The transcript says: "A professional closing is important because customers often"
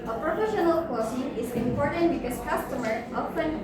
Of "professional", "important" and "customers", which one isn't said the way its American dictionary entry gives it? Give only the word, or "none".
customers